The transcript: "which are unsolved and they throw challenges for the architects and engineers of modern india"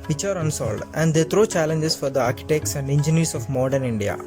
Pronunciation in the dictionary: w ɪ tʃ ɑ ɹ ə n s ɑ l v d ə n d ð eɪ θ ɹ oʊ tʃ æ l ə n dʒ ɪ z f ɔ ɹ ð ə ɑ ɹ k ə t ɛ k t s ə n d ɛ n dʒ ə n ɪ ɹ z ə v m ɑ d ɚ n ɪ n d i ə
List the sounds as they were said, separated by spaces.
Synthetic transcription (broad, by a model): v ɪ tʃ ɑ ɹ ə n s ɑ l d ə n d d eɪ t ɹ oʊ tʃ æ l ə n dʒ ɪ s f ɔ ɹ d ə ɑ ɹ k ə t ɛ k t s ə n d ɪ n dʒ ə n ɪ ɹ s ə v m ɑ d ɚ n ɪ n d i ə